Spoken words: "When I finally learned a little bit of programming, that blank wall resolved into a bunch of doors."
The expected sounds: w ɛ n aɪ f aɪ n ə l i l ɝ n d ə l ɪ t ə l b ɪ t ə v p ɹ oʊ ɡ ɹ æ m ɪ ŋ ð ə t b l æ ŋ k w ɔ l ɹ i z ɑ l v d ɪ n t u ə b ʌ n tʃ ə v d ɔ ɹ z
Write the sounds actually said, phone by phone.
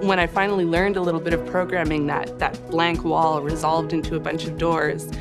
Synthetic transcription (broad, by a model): w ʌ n aɪ f aɪ n l i l ɝ n d ə l ɪ t l b ɪ t ə v p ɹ oʊ ɡ ɹ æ m ɪ ŋ ð ə t b l æ ŋ k w ɔ l ɹ i z ɑ l v d ɪ n t u ə b ʌ n tʃ ə v d ɔ ɹ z